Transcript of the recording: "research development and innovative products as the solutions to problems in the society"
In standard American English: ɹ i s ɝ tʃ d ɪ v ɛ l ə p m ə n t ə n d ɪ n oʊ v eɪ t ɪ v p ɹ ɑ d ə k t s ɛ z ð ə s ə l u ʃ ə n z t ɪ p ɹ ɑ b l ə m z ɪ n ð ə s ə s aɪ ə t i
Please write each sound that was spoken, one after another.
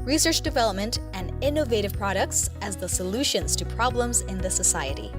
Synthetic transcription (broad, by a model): ɹ i s ɝ tʃ d ɪ v ɛ l ə p m ə n t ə n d ɪ n oʊ v eɪ t ɪ v p ɹ ɑ d ə k t s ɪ z ð ə s ə l u ʃ ə n z t ɪ p ɹ ɑ b l ə m z ɪ n ð ə s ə s aɪ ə t i